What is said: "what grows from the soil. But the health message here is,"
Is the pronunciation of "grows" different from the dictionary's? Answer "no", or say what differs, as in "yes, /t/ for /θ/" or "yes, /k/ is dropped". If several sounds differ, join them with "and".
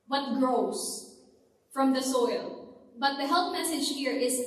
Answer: yes, /s/ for /z/